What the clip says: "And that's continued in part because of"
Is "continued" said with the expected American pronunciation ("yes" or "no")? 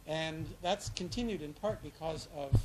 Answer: yes